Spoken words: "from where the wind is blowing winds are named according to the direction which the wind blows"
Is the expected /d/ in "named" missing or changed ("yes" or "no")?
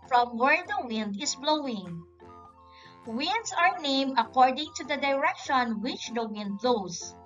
yes